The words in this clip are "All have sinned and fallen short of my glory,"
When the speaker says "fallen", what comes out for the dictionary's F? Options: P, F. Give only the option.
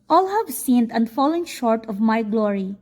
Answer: F